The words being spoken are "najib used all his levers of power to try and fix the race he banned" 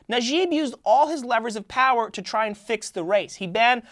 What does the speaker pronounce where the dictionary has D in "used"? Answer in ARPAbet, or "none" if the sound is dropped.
D